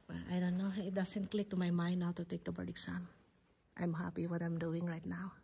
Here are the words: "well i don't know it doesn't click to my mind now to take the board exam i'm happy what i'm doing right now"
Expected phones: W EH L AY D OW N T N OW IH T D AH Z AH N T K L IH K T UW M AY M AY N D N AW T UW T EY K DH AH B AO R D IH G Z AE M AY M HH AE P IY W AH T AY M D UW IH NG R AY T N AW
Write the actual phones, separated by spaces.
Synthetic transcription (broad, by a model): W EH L AY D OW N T N OW IH T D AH S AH N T K L IH K T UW M AY M AY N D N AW T UW T EY K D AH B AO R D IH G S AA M AY M HH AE P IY W AH T AY M D UW IH NG R AY T N AW